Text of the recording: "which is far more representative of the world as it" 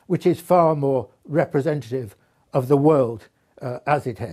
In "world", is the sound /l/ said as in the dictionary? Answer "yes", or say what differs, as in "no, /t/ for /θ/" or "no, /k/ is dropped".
yes